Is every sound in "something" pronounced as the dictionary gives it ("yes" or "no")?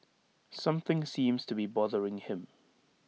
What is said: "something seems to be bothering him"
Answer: yes